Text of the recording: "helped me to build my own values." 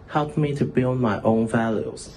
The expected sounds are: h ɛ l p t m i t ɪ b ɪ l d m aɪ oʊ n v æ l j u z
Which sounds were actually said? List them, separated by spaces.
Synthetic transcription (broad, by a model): h ɛ l p m i t ɪ b ɪ l d m aɪ oʊ n v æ l j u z